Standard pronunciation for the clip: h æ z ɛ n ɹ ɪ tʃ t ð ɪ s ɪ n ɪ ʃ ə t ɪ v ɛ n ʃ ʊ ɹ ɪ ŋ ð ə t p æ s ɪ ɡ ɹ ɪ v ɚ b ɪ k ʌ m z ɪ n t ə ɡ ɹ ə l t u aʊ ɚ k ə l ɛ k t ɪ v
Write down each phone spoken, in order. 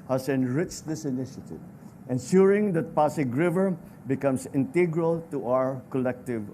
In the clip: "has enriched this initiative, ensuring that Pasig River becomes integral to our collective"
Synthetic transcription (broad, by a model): h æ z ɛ n ɹ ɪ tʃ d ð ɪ s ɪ n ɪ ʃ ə t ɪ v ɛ n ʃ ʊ ɹ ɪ ŋ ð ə t p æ s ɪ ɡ ɹ ɪ v ɚ b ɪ k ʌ m s ɪ n t ə ɡ ɹ ə l t u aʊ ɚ k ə l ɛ k t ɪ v